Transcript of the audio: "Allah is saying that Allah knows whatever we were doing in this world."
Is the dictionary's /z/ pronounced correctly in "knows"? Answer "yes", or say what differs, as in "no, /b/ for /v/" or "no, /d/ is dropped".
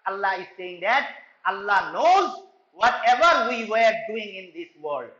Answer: yes